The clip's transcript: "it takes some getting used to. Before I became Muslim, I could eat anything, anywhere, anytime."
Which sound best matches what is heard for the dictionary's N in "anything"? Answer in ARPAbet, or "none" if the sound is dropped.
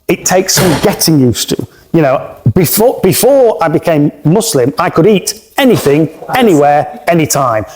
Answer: N